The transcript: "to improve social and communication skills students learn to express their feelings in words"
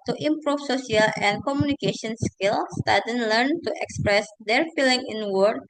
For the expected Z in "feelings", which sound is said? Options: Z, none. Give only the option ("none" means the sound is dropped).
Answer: none